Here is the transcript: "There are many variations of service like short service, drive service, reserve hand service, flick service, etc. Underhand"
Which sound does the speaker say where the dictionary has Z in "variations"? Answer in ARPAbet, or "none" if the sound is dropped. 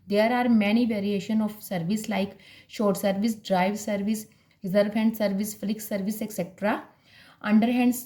none